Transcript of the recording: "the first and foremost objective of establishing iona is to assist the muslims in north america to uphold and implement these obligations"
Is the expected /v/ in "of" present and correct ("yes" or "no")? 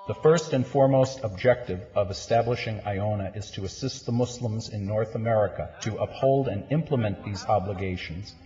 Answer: yes